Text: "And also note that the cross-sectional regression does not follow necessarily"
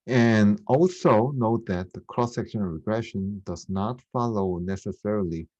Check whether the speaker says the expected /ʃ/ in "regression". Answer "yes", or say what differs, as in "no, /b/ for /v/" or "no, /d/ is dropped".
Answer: yes